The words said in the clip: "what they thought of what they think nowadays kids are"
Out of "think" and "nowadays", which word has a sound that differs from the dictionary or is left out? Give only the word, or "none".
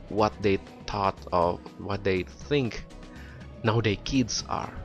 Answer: nowadays